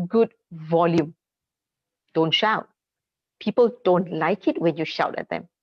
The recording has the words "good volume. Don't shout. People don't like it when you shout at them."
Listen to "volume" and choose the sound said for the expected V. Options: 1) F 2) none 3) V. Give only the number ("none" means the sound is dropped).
3